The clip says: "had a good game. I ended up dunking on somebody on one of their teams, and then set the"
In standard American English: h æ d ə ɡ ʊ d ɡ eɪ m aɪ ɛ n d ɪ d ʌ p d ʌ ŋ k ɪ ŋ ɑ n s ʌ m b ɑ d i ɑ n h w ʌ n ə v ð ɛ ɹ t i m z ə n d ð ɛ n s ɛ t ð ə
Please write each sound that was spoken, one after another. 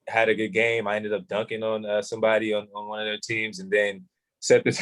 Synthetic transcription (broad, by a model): h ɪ d ə ɡ ʊ d ɡ eɪ m aɪ ɛ n d ɪ d ʌ p d ʌ ŋ k ɪ ŋ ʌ n s ʌ m b ɑ d i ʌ n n w ʌ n ə v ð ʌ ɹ t i m z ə n ð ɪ n s ɛ t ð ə